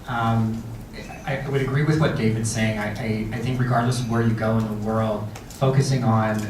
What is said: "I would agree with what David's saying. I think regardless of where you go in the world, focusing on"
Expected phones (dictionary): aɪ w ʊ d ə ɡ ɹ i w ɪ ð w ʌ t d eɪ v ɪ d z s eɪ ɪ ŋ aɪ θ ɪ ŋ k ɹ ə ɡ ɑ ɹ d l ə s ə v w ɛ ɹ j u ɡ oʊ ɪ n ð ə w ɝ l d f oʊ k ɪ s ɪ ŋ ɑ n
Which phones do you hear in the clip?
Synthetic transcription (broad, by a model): aɪ w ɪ d ə ɡ ɹ i w ɪ ð w ʌ t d eɪ v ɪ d s eɪ ɪ ŋ aɪ θ ɪ ŋ k ɹ ə ɡ ɑ ɹ d l ə s w ɛ ɹ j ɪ ɡ oʊ ɪ n ð ə w ɝ l d f oʊ k ɪ s ɪ ŋ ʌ n